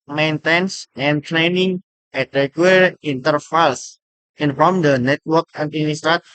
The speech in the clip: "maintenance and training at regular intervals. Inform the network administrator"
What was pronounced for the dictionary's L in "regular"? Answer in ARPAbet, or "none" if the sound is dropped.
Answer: none